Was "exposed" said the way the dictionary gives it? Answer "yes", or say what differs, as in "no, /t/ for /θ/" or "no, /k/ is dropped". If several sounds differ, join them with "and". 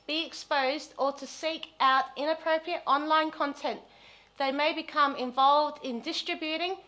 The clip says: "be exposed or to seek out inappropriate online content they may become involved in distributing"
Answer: yes